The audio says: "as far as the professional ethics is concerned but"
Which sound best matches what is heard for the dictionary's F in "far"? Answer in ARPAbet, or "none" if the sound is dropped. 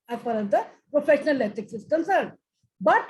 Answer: P